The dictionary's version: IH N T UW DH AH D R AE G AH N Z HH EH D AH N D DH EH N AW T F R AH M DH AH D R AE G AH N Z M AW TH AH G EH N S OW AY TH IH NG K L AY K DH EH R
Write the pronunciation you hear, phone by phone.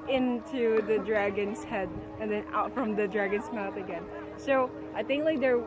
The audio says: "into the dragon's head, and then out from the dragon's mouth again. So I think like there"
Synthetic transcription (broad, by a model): IH N T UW DH AH D R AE G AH N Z HH EH D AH N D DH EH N AW T F R AH M DH AH D R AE G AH N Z M AW TH AH G EH N S OW AY TH IH NG K L AY K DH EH R